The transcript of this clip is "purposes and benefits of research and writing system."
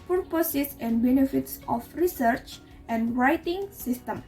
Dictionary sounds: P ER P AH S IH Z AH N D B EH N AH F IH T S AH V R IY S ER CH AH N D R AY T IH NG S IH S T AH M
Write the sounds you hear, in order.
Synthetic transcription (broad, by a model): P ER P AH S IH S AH N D B EH N AH F IH T S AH F R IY S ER CH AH N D R AY T IH NG S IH S T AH M